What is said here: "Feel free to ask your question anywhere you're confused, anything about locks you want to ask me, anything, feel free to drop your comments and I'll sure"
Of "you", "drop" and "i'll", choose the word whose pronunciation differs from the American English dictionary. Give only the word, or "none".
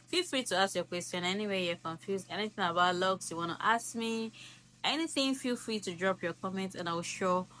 i'll